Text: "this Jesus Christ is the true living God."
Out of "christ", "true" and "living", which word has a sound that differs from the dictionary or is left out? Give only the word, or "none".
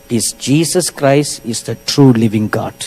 none